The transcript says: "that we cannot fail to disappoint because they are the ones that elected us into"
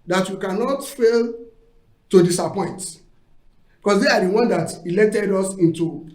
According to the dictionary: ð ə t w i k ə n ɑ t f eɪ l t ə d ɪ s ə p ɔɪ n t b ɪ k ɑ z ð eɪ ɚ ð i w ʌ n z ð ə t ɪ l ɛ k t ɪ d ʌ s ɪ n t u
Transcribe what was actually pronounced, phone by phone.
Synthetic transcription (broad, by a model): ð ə t w i k ə n ɑ t f eɪ l t ə d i s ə p ɔɪ n t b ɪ k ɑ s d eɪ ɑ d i w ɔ n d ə t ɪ l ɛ t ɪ d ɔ s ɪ n t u